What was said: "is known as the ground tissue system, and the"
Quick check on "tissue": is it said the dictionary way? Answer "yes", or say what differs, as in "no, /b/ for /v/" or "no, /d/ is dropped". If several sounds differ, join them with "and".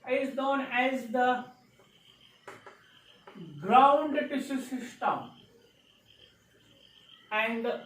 no, /s/ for /ʃ/